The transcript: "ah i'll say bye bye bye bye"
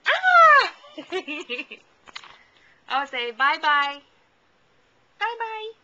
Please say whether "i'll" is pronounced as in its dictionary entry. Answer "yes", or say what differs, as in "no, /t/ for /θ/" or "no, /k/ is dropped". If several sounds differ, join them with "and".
no, /w/ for /l/